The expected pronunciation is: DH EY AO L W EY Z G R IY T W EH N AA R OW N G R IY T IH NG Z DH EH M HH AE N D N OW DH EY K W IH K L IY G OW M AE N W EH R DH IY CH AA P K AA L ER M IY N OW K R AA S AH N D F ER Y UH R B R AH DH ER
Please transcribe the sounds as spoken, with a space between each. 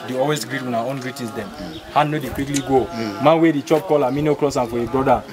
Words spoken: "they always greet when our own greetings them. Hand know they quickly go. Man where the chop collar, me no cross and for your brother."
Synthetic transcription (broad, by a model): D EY AO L W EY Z G R IY T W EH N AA OW N G R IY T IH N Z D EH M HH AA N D N OW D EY K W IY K L IY G OW M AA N W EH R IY CH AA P K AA L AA M IY N OW K L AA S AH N F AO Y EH B R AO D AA